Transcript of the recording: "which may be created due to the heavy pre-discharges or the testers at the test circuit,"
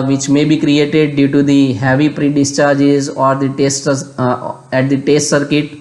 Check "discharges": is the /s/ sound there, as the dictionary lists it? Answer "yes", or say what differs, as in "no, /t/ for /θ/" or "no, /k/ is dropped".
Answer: yes